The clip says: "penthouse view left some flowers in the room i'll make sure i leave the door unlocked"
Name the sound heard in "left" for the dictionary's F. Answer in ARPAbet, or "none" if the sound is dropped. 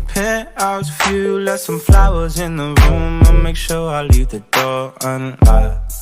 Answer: none